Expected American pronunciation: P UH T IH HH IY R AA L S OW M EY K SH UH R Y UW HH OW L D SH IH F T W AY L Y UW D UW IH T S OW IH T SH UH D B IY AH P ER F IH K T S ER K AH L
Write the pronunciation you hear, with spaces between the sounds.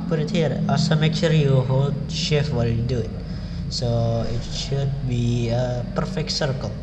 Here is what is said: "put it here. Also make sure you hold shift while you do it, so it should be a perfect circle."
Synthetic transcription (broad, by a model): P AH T IH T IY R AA S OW M EY K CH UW R Y UW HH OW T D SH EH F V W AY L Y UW D UW IH T S OW IH T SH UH D B IY AH P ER F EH K T S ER K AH L